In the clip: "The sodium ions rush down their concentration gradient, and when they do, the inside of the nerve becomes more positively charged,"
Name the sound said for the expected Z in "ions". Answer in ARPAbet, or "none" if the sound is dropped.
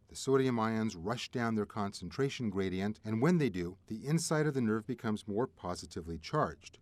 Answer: Z